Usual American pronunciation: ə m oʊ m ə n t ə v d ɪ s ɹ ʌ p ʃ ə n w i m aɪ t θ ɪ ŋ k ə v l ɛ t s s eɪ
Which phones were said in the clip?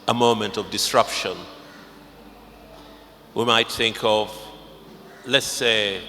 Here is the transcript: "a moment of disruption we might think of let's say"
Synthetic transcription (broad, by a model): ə m oʊ m ə n t ə v d ɪ s ɹ ʌ p ʃ ə n w i m aɪ t θ ɪ ŋ k ə v l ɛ t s s eɪ